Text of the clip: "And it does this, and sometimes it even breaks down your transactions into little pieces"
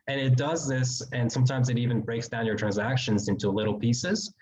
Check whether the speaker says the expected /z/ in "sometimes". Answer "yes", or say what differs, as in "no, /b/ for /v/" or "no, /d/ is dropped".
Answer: yes